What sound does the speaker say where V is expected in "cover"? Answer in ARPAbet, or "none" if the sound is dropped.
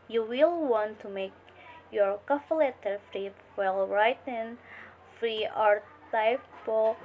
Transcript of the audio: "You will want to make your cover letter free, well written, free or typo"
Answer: F